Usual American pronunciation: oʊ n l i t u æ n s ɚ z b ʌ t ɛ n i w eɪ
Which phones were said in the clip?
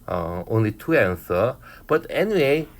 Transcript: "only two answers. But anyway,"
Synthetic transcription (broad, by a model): oʊ n l i t u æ n s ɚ b ʌ t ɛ n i w eɪ